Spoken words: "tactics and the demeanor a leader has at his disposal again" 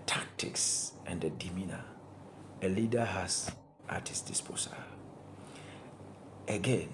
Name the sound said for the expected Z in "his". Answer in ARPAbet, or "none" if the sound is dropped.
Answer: S